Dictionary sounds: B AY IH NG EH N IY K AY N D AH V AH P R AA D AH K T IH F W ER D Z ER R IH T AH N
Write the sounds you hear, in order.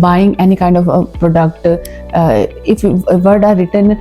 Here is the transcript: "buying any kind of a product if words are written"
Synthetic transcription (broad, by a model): B AY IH NG EH N IY K AY N D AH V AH P R AA D AH K T IH F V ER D ER R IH T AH N